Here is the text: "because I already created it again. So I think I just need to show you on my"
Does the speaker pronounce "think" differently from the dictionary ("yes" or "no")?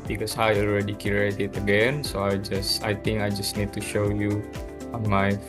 yes